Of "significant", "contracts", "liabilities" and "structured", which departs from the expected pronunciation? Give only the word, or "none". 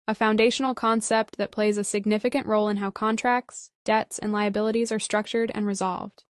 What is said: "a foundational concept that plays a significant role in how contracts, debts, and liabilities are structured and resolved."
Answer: none